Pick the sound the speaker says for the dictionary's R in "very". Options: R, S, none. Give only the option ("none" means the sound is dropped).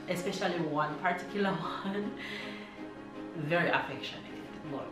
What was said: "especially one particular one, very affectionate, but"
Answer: R